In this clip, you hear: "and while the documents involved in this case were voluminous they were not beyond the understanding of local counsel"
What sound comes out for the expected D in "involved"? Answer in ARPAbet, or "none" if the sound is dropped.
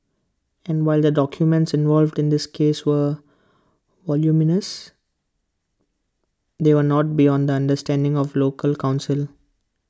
D